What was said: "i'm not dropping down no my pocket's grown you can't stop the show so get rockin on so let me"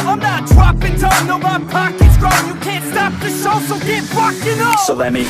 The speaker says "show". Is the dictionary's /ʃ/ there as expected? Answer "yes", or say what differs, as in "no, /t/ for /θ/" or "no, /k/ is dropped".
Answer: no, /s/ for /ʃ/